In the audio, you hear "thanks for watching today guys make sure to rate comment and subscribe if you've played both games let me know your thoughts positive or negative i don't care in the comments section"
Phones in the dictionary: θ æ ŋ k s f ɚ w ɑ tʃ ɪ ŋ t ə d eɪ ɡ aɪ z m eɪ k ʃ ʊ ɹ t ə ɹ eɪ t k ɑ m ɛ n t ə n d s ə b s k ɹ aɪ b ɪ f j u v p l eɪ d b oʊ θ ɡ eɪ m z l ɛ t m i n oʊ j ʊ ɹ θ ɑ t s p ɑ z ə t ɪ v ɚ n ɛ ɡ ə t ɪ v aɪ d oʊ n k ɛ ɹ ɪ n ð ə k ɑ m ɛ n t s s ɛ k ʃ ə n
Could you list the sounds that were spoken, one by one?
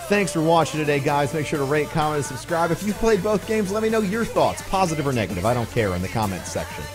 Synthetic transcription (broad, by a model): θ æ ŋ k s f ɚ w ɑ tʃ ɪ ŋ t ə d eɪ ɡ aɪ z m eɪ k ʃ ʊ ɹ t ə ɹ eɪ t k ɑ m ɛ n t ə s ə b s k ɹ aɪ b ɪ f j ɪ p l eɪ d b oʊ θ ɡ eɪ m z l ɛ t m i n oʊ j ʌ ɹ θ ɑ t s p ɑ z ə t ɪ v ɚ n ɛ ɡ ə t ɪ v aɪ d oʊ n k ɛ ɹ ɪ n ð ə k ɑ m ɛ n t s s ɛ k ʃ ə n